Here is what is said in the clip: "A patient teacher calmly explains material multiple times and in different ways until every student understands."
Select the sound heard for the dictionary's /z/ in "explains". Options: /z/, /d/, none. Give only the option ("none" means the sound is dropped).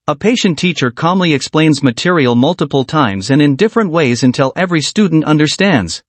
/z/